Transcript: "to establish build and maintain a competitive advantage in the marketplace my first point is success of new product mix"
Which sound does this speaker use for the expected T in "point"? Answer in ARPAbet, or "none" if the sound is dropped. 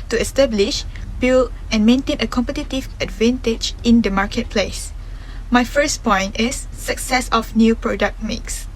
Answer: T